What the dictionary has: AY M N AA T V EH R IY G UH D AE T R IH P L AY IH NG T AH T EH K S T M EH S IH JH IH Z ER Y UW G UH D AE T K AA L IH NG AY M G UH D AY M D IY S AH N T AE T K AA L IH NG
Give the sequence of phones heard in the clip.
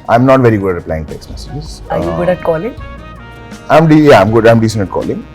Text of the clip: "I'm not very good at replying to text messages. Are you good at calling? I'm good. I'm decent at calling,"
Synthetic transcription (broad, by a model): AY M N AA T V EH R IY G UH D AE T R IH P L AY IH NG T AH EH K S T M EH S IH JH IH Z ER Y UW G UH D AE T K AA L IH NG AY M G UH D AY M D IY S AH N AH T K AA L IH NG